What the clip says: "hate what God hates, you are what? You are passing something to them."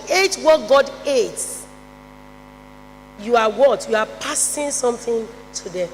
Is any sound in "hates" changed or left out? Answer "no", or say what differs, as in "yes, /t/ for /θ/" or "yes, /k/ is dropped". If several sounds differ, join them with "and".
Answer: yes, /s/ is dropped